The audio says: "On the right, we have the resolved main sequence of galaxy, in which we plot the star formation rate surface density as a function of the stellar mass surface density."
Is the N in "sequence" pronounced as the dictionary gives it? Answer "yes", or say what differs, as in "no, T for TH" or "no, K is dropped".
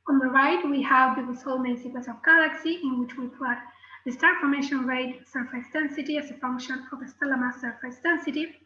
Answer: no, N is dropped